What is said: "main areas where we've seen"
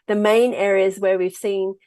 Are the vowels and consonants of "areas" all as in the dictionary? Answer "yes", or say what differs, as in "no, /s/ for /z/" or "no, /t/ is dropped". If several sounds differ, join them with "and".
yes